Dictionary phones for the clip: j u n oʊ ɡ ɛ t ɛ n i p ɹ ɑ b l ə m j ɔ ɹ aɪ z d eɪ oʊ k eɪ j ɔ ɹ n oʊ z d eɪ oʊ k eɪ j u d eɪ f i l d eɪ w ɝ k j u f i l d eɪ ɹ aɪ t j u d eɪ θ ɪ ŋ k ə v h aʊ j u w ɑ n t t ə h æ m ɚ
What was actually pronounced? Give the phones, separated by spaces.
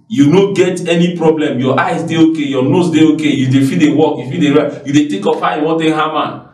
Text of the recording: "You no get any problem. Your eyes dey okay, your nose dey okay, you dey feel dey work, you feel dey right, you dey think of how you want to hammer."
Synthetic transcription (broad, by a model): j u n oʊ ɡ ɛ t ɛ n i p ɹ ɑ b l ə m j ɔ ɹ aɪ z d eɪ oʊ k eɪ j ɔ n oʊ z d eɪ oʊ k eɪ j u d eɪ f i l d eɪ w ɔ k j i f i d eɪ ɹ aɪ j u d eɪ t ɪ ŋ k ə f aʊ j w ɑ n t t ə h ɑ m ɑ